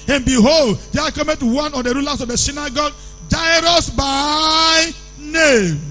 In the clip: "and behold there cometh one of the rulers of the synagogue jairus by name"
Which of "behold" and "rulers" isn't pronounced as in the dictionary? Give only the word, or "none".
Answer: rulers